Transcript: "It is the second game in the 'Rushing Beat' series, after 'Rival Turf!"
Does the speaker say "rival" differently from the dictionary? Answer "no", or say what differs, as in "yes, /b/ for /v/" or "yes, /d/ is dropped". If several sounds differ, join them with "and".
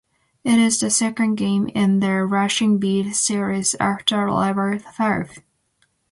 yes, /l/ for /ɹ/